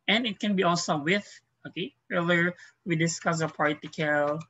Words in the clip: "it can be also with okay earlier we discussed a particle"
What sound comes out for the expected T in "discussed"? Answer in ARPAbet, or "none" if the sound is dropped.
none